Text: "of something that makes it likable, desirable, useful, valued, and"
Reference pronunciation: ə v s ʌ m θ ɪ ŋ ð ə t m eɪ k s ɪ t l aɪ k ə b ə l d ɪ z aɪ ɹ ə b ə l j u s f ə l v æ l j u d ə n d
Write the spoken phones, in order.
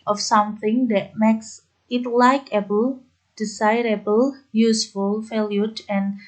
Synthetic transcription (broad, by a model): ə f s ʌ m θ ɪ ŋ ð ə t m eɪ k s ɪ t l aɪ k ə b ə l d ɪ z aɪ ɹ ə b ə l j u s f ə l f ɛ l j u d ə n